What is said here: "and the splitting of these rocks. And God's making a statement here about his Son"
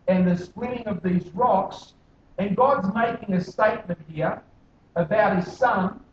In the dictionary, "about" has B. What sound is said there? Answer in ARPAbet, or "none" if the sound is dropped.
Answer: B